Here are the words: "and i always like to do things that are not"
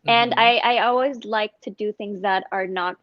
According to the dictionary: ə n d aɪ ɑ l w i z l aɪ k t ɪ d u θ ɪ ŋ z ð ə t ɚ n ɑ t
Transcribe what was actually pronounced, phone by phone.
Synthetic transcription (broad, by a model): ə n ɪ aɪ ɑ l w i z l aɪ k t ɪ d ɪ θ ɪ ŋ z ð ə t ɚ n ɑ t